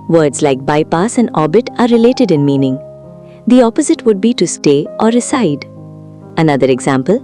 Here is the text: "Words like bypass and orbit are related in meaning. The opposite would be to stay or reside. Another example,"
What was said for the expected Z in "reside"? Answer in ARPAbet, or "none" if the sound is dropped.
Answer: S